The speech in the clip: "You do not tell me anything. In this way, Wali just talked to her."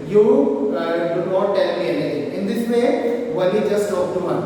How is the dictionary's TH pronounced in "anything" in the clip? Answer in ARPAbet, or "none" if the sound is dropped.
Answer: T